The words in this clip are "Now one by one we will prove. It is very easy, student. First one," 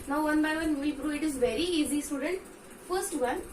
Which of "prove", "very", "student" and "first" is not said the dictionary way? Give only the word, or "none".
prove